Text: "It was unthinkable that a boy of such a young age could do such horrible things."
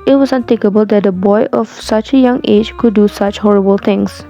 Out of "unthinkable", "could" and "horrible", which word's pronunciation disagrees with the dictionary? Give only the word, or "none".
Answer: unthinkable